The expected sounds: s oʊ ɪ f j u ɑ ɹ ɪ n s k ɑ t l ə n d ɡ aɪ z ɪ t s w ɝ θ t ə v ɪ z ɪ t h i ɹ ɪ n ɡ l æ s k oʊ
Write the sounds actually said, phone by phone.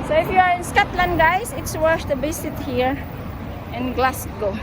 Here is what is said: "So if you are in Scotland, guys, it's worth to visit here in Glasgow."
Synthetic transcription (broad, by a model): s oʊ ɪ f j u ɑ ɹ ɪ n s k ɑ t l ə n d ɡ aɪ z ɪ t s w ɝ s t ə b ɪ s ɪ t h i ɹ ɪ n ɡ l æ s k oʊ